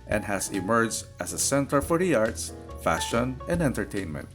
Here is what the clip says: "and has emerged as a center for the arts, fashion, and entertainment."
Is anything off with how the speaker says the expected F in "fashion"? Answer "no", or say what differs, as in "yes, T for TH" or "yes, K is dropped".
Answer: no